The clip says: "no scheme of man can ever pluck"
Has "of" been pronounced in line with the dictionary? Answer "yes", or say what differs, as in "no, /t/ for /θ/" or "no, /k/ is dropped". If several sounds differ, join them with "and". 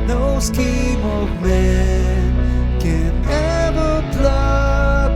yes